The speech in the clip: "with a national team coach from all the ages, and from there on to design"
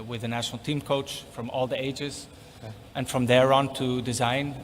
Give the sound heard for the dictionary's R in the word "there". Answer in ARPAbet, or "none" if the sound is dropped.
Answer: R